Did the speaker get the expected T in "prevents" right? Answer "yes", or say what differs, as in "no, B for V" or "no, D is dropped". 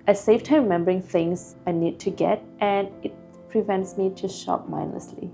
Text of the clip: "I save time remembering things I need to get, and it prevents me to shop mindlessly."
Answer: yes